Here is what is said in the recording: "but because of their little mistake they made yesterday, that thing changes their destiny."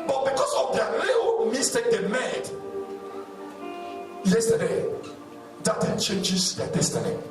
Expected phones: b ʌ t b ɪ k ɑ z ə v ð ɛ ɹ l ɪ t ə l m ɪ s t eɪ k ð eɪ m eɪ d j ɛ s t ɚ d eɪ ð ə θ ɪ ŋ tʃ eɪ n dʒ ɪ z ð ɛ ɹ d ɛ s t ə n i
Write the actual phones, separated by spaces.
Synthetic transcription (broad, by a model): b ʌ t b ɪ k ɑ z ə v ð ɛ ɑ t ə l m ɪ s t eɪ k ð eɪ m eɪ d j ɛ s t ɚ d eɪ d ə t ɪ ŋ tʃ eɪ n dʒ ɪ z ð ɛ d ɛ s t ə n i